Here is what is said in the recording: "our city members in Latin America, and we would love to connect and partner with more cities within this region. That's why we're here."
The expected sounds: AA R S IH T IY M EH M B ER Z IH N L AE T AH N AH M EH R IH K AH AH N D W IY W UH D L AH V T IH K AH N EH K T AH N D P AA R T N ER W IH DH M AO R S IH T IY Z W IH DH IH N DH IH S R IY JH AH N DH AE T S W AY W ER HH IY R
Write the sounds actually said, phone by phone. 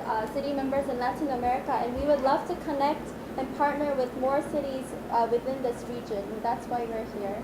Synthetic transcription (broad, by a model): S IH T IY M EH M B ER Z IH N L AE T AH N AH M EH R IH K AH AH N W IY W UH D L AH V T IH K AH N EH K T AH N P AA R T N ER W IH DH M AO R S IH T IY Z W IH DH IH N DH IH S R IY JH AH N DH AE T S W AY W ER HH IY R